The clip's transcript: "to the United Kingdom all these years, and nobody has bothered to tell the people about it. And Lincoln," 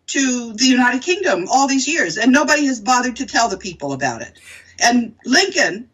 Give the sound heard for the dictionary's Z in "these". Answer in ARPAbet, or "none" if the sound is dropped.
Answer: Z